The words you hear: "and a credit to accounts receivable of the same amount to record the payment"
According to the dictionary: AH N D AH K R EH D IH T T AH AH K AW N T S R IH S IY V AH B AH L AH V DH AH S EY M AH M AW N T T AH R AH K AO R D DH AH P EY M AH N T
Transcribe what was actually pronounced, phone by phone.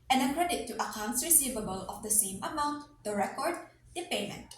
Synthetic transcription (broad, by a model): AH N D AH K R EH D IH T T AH AH K AW N T S R IH S IY V AH B AH L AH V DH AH S EY M AH M AW N T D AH R AH K AO R D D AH P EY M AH N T